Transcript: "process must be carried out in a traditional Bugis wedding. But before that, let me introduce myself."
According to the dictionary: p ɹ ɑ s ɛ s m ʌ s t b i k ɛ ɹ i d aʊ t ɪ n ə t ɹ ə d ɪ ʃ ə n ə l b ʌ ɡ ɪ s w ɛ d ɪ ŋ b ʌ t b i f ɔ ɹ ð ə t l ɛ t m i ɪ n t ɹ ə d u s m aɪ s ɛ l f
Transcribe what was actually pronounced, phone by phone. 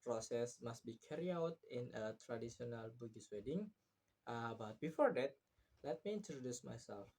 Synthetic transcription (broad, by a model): p ɹ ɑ s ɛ s m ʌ s t b i k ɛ ɹ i aʊ t ɪ n ə t ɹ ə d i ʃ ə n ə l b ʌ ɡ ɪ s w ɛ d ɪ ŋ b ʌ t b i f ɔ ɹ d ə t l ɛ t m i ɪ n t ɹ ə d u s m aɪ s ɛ l f